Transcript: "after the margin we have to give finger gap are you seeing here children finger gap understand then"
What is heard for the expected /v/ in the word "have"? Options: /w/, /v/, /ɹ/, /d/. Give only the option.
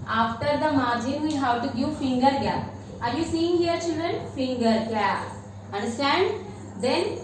/w/